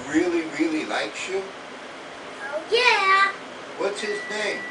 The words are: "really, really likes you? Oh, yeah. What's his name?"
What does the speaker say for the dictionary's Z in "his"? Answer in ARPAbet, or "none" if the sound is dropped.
Z